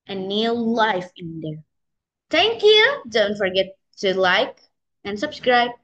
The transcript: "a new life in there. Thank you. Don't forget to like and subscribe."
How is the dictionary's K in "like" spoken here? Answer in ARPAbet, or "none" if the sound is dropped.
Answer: K